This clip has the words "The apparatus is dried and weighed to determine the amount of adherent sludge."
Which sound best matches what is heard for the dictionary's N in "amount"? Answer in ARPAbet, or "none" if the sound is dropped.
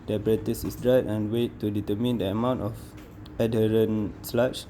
N